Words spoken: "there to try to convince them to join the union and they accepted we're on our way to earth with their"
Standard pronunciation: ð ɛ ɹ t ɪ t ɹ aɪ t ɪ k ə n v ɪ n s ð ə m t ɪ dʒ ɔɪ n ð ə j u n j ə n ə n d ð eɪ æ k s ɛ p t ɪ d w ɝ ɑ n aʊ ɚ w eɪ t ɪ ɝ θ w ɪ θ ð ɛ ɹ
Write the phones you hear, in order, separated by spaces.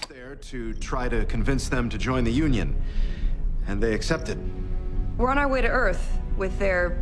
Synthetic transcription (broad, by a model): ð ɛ ɹ t ɪ t ɹ aɪ t ɪ k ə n v ɪ n s ð ə m t ɪ dʒ ɔɪ n ð ə j u n j ə n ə n ð eɪ æ k s ɛ p t ɪ d w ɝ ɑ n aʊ w eɪ t ɪ ɝ θ w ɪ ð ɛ ɹ